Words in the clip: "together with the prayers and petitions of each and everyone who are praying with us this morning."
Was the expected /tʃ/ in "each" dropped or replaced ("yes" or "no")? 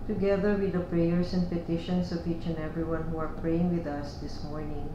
no